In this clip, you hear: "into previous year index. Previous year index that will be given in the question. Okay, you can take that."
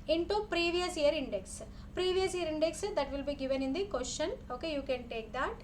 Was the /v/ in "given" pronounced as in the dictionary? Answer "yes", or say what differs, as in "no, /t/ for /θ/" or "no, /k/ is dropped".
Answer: yes